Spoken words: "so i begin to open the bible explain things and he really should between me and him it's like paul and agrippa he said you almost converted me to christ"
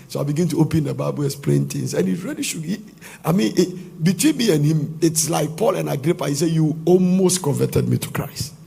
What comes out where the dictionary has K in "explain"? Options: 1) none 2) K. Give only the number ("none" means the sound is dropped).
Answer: 1